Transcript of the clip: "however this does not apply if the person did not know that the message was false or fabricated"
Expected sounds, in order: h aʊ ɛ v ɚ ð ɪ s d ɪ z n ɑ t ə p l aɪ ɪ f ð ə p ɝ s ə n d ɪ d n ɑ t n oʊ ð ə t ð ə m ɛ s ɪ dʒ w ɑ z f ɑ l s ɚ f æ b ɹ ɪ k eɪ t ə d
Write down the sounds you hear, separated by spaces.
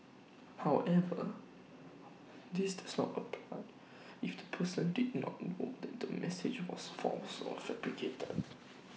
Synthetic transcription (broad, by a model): h aʊ ɛ v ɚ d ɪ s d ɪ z n ɑ t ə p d ɪ f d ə p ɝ s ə n d ɪ d n ɑ t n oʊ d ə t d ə m ɛ s ɪ dʒ w ɑ s f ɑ s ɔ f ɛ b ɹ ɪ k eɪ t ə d